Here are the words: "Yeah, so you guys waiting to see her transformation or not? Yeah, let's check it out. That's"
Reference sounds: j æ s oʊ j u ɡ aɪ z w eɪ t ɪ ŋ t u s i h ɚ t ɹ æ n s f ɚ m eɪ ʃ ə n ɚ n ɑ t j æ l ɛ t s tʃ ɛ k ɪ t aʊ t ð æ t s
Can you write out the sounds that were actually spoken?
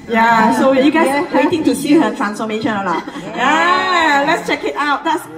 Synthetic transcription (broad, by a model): j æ s oʊ j u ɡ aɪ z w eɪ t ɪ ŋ t u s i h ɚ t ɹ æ n s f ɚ m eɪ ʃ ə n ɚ l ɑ j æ l ɛ t s tʃ ɛ k ɪ t aʊ t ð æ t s